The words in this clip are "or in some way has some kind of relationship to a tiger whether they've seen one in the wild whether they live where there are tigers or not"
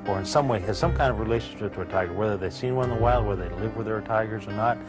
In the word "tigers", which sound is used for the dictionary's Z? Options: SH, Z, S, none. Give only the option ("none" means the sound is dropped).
Z